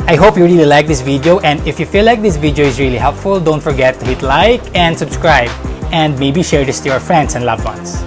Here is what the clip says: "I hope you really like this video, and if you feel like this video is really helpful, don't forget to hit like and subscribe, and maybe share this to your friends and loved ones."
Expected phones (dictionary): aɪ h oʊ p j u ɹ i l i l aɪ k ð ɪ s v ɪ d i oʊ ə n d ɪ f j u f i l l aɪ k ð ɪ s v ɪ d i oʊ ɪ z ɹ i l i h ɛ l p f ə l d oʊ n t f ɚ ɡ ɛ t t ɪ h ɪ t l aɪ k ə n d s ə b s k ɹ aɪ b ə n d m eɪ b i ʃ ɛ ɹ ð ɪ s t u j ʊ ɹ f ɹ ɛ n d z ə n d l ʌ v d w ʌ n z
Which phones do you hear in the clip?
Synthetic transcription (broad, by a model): aɪ h oʊ p j u ɹ i l i l aɪ k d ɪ s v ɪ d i oʊ ə n d ɪ f j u f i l l aɪ k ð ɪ s v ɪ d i oʊ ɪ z ɹ i l i h ɛ l p f ə l d oʊ n t f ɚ ɡ ɛ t t ɪ h ɪ t l aɪ k ə n d s ə b s k ɹ aɪ b ə n d m eɪ b i ʃ ɛ ɹ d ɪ s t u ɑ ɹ f ɹ ɛ n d s ə n d l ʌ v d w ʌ n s